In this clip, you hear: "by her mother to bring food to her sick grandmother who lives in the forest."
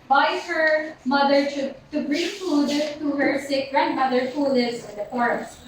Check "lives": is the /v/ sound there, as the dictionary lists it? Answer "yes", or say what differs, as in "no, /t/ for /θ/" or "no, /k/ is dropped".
no, /v/ is dropped